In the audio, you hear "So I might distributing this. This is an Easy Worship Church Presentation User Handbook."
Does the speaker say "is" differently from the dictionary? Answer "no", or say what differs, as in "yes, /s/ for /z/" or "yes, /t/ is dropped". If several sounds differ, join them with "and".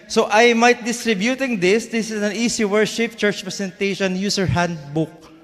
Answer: yes, /s/ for /z/